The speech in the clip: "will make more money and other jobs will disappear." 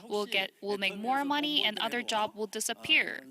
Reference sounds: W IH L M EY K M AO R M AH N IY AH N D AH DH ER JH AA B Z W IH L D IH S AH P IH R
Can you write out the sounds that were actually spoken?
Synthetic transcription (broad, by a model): W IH L M EY K M AO R M AH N IY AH N AH DH ER JH AA B W IH L D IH S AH P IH R